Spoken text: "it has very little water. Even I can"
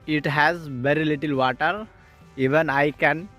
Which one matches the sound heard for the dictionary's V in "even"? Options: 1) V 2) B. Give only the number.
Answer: 1